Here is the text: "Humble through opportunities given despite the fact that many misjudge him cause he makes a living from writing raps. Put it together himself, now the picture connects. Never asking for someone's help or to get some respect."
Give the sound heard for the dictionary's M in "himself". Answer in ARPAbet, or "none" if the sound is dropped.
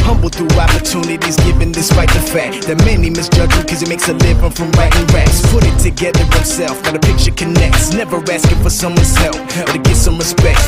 none